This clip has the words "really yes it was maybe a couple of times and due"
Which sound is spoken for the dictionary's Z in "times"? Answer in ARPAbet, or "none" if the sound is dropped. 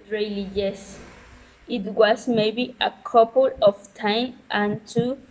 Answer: none